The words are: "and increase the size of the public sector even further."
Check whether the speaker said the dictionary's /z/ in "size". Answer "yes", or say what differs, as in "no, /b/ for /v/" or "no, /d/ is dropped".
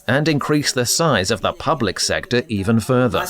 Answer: yes